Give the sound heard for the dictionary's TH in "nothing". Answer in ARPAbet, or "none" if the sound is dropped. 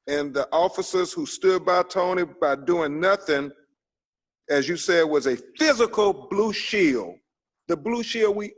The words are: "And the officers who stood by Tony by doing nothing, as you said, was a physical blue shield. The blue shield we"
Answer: TH